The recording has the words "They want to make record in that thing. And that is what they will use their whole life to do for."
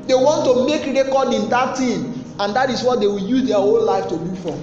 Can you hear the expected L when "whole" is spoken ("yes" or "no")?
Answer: no